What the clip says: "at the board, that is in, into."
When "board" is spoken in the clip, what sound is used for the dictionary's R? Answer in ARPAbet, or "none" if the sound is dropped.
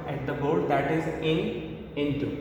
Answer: L